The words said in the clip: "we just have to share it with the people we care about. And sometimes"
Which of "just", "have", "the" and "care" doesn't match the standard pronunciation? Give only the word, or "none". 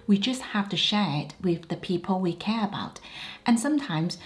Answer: have